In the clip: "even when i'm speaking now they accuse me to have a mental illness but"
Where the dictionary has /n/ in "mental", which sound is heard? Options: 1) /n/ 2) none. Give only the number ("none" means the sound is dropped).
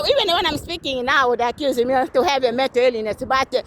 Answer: 2